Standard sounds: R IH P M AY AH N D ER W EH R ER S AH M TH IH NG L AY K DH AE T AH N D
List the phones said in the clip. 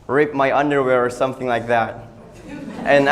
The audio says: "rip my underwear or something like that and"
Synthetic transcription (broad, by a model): R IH P M AY AH N D ER W EH R ER S AH M TH IH NG L AY K DH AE T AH N